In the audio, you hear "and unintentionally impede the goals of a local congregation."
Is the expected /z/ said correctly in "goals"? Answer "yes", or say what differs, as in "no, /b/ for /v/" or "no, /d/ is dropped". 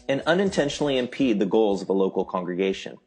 yes